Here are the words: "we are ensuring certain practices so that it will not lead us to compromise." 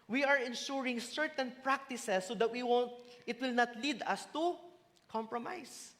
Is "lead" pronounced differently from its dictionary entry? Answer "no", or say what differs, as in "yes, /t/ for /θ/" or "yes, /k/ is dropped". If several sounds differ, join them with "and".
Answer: no